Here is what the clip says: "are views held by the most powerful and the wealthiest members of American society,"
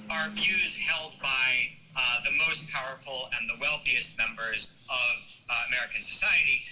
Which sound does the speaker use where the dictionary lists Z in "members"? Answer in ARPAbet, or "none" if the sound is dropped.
Z